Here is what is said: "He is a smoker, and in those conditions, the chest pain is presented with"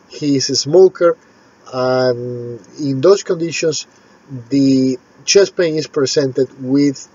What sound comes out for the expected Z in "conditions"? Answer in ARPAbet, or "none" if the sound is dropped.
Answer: S